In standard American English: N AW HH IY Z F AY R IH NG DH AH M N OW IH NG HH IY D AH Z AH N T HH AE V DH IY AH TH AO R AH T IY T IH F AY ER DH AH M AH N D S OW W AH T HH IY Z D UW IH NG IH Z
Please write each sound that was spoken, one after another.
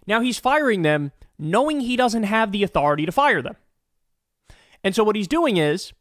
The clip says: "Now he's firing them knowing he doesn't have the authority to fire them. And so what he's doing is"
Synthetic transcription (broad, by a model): N AW HH IY Z F AY R IH NG DH AH M N OW IH NG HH IY D AH Z AH N T HH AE V DH IY AH TH AO R AH T IY T IH F AY ER DH AH M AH N S OW W AH T HH IY Z D UW IH NG IH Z